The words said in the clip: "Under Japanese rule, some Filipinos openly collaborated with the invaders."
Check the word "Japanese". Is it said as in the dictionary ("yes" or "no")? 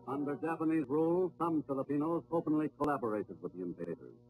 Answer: yes